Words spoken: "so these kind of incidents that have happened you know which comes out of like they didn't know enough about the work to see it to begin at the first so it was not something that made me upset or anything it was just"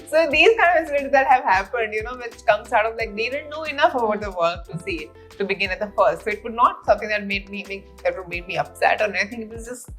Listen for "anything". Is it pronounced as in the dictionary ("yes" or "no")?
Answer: no